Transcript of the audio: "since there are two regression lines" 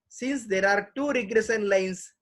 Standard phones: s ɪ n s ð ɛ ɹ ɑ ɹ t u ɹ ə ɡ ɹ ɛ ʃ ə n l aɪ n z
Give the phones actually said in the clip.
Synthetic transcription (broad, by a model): s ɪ n s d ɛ ɹ ɑ ɹ t u ɹ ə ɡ ɹ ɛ s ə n l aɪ n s